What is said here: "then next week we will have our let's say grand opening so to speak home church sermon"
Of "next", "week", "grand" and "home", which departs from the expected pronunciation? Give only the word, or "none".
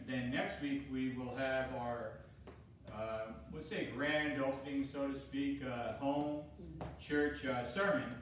none